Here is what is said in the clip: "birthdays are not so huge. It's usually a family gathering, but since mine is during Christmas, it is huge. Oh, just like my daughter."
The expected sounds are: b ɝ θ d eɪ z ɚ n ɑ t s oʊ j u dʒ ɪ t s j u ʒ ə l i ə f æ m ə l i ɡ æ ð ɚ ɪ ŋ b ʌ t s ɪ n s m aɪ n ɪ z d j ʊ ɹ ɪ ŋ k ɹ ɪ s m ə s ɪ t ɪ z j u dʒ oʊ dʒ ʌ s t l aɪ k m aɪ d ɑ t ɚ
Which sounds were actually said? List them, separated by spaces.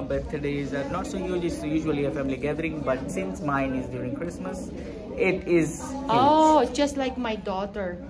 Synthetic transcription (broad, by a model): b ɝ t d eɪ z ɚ n ɑ t s oʊ j u dʒ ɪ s j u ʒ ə l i ə f æ m ə l i ɡ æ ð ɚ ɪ ŋ b ʌ t s ɪ n s m aɪ n ɪ z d j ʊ ɹ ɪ ŋ k ɹ ɪ s m ə s ɪ t ɪ z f oʊ dʒ ʌ s t l aɪ k m aɪ d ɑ t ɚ